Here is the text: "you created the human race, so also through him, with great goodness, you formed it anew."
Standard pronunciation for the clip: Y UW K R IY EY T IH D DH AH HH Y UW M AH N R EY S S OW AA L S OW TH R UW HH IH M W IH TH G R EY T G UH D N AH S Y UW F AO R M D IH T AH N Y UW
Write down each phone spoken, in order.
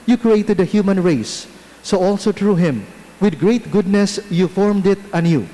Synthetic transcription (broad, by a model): Y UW K R IY EY T IH D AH HH Y UW M AH N R EY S S OW AA L S OW T R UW HH IH M W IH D G R EY T G UH D N AH S Y UW F AO R M D IH T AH N Y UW